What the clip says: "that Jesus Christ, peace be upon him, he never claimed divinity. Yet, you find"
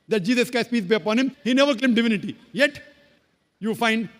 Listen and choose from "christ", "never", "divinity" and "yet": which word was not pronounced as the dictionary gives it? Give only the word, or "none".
christ